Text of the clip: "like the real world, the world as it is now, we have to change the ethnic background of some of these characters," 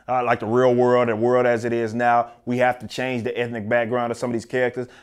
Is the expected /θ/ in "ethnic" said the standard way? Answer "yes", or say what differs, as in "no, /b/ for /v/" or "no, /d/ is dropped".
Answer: yes